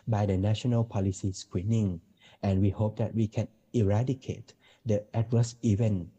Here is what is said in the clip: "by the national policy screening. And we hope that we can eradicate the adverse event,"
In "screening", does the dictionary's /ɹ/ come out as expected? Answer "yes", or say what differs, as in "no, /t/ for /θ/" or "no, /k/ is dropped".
no, /w/ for /ɹ/